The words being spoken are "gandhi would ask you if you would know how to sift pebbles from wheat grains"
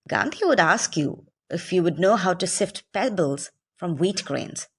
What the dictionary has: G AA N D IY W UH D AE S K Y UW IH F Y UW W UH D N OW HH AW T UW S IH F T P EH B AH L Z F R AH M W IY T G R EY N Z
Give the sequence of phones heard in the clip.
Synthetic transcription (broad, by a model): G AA N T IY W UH D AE S K Y UW IH F Y UW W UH D N OW HH AW T UW S IH F T P EH B AH L Z F R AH M W IY T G R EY N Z